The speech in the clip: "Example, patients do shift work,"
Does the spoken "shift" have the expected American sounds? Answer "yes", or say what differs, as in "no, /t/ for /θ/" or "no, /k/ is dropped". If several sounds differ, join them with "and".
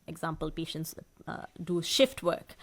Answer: yes